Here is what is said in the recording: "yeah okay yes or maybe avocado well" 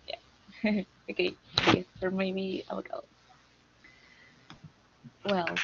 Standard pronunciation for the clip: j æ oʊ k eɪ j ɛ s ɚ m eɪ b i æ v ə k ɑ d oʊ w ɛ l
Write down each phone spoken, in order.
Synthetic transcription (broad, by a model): j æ oʊ k eɪ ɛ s ɚ m eɪ i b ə ɑ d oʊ w ɛ l